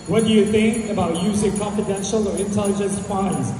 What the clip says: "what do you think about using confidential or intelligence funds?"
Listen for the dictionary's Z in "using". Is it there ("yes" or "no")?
yes